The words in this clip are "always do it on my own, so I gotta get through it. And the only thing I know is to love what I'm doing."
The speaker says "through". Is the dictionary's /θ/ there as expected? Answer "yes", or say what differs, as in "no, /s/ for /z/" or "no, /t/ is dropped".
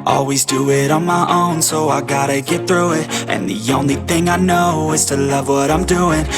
yes